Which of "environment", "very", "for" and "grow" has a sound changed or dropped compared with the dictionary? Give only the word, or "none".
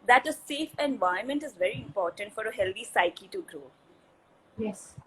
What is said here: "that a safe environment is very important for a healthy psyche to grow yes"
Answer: environment